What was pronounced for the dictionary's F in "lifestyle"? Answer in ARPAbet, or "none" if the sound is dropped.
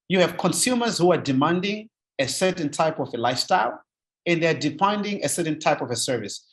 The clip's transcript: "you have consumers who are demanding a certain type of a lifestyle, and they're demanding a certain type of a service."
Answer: F